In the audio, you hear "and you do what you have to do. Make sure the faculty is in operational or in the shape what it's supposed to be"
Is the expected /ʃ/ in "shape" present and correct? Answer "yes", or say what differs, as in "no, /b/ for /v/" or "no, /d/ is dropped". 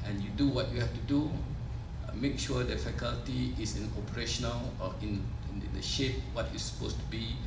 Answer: yes